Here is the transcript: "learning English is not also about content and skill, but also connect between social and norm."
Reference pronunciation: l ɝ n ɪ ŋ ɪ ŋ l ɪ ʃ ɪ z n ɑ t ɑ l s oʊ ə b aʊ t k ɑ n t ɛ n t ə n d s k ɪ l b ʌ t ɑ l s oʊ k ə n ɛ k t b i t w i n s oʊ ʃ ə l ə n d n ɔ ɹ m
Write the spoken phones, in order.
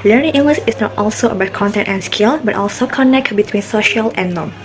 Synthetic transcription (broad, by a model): l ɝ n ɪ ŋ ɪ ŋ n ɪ s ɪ s n ɑ t ɑ l s oʊ ə b aʊ t k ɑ n t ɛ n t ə n s k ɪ l b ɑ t ɑ l s oʊ k ə n ɛ k t b i t w i n s oʊ ʃ ə l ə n n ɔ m